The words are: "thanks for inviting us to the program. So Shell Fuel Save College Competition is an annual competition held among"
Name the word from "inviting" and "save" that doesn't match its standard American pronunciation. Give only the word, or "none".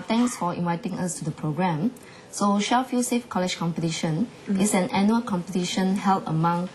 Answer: save